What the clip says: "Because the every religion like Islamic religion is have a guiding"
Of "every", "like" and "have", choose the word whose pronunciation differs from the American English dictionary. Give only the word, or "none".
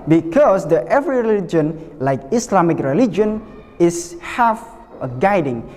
have